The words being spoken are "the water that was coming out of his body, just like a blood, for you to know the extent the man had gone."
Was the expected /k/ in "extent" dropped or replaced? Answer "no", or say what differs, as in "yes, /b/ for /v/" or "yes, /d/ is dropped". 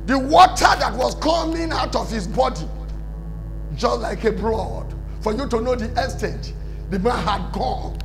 yes, /k/ is dropped